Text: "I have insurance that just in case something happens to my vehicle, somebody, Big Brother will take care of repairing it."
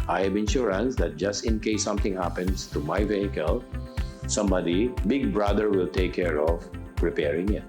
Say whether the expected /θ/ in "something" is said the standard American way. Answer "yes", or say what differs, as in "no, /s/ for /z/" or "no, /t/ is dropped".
no, /t/ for /θ/